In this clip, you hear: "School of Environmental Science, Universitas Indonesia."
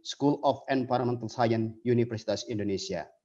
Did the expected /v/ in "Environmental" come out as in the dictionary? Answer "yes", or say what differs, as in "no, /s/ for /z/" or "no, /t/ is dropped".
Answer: no, /p/ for /v/